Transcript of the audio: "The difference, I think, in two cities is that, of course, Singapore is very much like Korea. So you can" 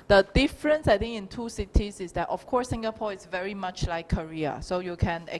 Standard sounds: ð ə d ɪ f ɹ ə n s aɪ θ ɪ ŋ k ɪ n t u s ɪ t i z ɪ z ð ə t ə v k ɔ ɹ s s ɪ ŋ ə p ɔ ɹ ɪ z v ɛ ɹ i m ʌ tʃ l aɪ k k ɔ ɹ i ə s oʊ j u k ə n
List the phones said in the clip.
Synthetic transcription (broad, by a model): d ə d ɪ f ɹ ə n s aɪ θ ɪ ŋ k ɪ n t u s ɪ t i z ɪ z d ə t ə f k ɔ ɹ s s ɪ ŋ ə p ɔ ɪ s v ɛ ɹ i m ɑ tʃ l aɪ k k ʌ ɹ i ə s oʊ j u k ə n